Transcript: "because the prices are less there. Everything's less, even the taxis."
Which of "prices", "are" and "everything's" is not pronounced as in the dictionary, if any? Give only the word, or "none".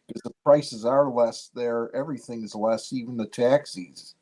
none